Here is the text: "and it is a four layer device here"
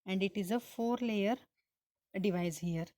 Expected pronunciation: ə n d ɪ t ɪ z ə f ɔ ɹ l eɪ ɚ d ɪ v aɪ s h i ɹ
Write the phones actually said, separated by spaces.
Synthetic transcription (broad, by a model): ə n d ɪ t ɪ z ə f ɔ ɹ l eɪ ɚ d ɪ v aɪ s h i ɹ